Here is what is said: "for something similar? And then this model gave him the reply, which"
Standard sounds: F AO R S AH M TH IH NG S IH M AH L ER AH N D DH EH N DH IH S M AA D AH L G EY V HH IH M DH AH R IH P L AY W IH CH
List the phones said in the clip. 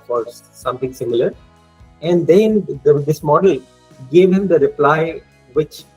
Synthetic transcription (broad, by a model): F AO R S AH M T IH NG S IH M AH L ER AH N D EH N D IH S M AA D AH L G EY V HH IH M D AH R IH P L AY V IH CH